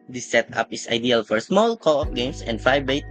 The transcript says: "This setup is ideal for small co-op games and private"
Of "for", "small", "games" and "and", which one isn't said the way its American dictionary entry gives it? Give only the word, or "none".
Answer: games